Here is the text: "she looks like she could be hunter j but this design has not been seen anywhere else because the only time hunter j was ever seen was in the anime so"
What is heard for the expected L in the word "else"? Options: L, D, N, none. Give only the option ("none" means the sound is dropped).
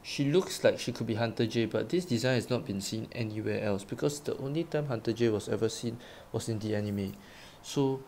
L